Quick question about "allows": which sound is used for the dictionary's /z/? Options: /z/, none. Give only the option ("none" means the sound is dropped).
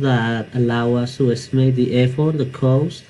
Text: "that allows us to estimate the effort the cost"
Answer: none